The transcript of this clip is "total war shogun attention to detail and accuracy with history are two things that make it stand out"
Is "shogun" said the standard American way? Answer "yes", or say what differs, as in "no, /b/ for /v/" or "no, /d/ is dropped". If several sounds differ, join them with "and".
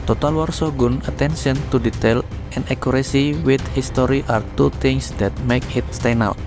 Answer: no, /s/ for /ʃ/